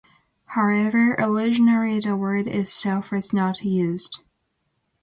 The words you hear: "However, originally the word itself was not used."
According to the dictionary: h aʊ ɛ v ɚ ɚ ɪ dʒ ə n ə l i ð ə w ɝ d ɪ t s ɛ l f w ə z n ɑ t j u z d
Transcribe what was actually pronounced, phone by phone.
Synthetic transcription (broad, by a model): h aʊ ɛ v ɚ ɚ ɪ ʒ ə n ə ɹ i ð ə w ɝ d ɪ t s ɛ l f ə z n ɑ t j u z d